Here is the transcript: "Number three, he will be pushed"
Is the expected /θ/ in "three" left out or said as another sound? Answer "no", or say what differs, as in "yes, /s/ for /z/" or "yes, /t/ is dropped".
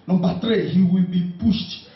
yes, /t/ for /θ/